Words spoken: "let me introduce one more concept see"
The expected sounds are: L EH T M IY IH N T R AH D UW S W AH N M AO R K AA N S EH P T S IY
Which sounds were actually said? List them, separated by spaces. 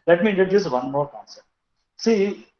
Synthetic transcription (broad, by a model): L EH T M IY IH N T AH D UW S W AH N M AO R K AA N S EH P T S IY